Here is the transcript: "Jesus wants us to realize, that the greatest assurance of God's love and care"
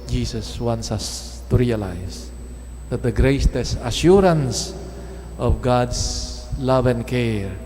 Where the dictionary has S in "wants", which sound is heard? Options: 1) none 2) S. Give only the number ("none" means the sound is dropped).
2